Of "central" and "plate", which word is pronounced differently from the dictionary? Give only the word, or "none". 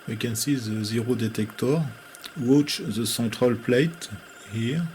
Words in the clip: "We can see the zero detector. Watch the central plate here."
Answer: central